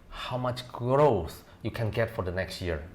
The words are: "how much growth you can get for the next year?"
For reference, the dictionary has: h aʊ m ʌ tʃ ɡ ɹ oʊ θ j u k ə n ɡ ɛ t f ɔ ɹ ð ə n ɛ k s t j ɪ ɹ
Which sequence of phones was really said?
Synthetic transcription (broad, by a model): h aʊ m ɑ tʃ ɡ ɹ oʊ s j u k ə n ɡ ɛ t f ɔ ɹ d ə n ɛ k s t j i ɹ